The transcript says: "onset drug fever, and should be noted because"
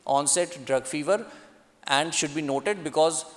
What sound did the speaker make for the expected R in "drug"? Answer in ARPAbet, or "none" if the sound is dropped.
R